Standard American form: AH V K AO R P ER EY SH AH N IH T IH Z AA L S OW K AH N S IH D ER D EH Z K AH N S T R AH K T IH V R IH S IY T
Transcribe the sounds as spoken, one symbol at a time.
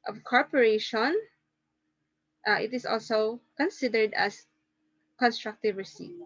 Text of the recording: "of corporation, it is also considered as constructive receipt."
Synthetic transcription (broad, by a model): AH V K AO R P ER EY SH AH N IH T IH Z AA L S OW K AH N S IH D ER D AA S K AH N S T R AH K T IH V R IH S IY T